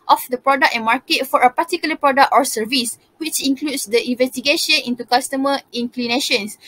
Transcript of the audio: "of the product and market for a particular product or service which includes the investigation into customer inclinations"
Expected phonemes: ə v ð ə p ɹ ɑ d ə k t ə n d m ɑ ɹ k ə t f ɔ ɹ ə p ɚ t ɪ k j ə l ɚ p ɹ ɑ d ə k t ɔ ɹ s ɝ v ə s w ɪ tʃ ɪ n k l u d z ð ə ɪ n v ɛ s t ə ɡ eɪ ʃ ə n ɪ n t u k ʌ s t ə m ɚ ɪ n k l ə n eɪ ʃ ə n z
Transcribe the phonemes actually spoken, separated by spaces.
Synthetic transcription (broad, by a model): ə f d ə p ɹ ɑ d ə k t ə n m ɑ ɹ k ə t f ɔ ɹ ə p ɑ t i k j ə l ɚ p ɹ ɑ d ə k t ɔ ɹ s ɝ v ə s w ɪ tʃ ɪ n k l u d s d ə ɪ n v ɛ s t ə ɡ eɪ ʃ ə n ɪ n t u k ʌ s t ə m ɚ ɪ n k l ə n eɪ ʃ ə n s